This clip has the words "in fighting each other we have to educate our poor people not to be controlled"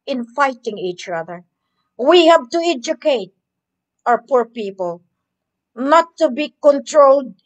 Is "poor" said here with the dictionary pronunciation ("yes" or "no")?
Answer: yes